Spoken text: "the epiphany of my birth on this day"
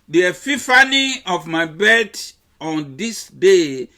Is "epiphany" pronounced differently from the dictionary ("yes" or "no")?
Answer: yes